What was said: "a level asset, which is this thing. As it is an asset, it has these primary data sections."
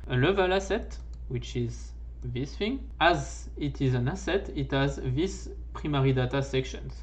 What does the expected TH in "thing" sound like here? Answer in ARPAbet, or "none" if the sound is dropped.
F